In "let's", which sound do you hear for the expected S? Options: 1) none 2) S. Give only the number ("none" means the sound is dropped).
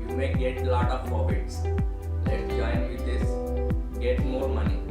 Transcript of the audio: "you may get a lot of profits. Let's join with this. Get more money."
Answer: 1